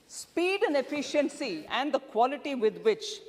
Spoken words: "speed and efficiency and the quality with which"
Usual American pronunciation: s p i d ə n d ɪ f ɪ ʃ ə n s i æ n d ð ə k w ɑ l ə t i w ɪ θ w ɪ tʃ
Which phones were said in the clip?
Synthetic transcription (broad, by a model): s p i d ə n d ɪ f ɪ ʃ ə n s i æ n d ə k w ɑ l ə t i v ɪ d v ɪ tʃ